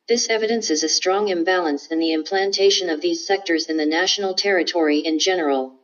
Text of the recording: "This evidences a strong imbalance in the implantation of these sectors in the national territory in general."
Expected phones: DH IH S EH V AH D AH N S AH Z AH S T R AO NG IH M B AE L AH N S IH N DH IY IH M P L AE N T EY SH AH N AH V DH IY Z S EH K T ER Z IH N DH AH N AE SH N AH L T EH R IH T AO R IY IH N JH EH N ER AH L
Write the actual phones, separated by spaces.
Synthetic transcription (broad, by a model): DH IH S EH V AH D AH N S AH Z AH S T R AO NG IH M B AE L AH N S IH N DH IY IH M P L AE N T EY SH AH N AH V DH IY Z S EH K T ER Z IH N DH AH N AE SH N L T EH R IH T AO R IY IH N JH EH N ER L